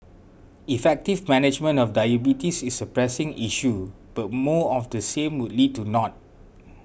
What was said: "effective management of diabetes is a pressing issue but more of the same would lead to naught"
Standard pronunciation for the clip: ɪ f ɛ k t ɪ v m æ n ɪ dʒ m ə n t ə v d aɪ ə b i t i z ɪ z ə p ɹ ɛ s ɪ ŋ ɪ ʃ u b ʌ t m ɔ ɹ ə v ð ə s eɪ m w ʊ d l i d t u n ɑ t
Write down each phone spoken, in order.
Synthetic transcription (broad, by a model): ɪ f ɛ k t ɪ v m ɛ n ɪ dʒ m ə n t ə f d aɪ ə b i t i s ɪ s ə p ɹ ɛ s ɪ ŋ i ʃ u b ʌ t m ɔ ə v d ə s eɪ m w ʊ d l i d t u n ɑ t